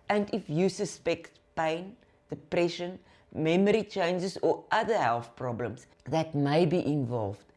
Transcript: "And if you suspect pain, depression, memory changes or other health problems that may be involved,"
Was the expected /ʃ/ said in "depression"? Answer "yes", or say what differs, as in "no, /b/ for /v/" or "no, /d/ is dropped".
yes